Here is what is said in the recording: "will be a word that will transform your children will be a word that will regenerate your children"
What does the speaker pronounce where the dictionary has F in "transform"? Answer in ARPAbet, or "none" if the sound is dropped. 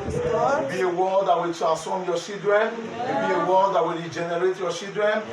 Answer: none